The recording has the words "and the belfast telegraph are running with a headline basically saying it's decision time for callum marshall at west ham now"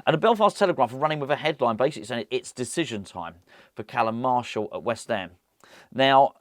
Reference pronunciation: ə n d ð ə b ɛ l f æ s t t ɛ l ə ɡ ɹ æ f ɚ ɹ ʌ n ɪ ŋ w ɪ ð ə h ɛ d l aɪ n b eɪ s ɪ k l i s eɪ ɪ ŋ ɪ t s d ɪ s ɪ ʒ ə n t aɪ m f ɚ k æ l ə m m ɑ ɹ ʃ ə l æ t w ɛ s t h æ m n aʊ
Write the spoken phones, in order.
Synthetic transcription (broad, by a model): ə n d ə b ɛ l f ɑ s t t ɛ l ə ɡ ɹ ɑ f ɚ ɹ ʌ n ɪ ŋ w ɪ ð ə h ɛ d l aɪ n b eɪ s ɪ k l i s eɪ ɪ ɪ t s d ɪ s ɪ ʒ ə n t aɪ m f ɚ k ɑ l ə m m ɑ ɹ ʃ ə l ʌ t w ɛ s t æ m n aʊ